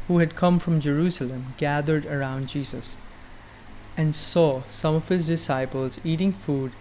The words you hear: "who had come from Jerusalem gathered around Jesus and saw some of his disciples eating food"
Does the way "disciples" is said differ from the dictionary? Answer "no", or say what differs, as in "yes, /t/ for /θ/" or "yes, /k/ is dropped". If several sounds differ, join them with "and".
no